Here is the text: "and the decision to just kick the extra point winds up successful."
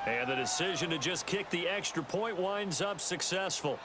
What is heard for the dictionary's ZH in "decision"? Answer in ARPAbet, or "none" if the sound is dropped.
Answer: ZH